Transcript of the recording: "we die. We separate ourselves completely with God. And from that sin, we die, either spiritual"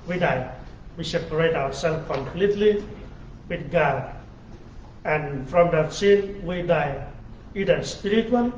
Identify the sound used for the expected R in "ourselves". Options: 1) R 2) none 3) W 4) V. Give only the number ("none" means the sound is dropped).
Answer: 3